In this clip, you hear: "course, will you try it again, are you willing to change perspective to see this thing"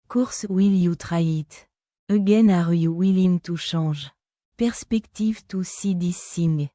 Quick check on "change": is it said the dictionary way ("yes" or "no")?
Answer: no